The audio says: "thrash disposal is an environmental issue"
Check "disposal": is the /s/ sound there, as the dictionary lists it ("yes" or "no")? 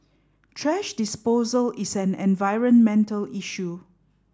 yes